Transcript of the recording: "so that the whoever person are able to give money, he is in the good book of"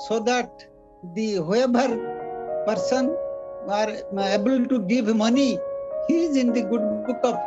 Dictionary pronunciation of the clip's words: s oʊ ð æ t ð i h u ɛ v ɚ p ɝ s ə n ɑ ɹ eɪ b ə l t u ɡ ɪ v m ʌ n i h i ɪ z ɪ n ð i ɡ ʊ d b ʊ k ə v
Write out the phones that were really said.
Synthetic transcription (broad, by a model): s oʊ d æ t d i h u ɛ b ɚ p ɝ s ə n ɑ ɹ eɪ b ə l t u ɡ ɪ v m ʌ n i h i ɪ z ɪ n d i ɡ ʊ d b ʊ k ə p